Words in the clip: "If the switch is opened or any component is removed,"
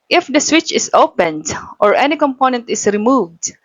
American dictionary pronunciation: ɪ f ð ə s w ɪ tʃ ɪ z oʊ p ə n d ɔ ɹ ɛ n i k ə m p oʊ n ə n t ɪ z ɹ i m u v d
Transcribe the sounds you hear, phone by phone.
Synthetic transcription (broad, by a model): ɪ f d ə s w ɪ tʃ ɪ s oʊ p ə n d ɔ ɹ ɛ n i k ə m p oʊ n ə n t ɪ s ɹ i m u v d